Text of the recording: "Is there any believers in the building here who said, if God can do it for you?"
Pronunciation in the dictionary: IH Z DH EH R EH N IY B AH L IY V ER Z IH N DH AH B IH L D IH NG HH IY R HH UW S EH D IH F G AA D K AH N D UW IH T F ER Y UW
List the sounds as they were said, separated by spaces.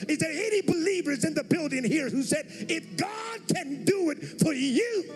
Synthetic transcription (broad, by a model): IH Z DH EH R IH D IY B AH L IY V ER Z IH N DH AH B IH L D IH NG HH IY R HH UW S EH D IH F G AA D K AH N D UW IH T F ER Y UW